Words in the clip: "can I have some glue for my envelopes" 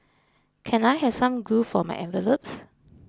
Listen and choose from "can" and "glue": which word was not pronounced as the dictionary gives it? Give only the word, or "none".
glue